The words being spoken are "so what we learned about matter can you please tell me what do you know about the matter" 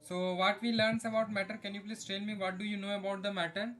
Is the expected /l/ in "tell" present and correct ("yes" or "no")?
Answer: no